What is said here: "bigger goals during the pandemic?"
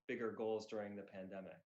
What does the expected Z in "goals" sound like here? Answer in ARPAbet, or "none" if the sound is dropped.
Z